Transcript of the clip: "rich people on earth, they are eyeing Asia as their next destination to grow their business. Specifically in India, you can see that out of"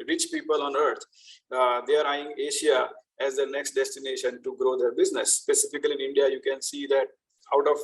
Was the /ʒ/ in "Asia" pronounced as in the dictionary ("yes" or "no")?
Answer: no